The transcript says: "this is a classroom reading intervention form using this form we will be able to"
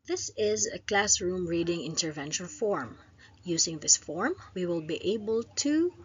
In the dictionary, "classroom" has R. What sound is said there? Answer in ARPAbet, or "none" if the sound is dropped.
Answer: R